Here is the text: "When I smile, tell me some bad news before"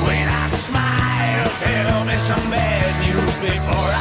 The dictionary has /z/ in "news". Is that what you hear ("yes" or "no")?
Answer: yes